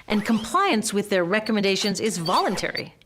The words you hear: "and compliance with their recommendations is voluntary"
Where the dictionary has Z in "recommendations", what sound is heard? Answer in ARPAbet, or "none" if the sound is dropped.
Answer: Z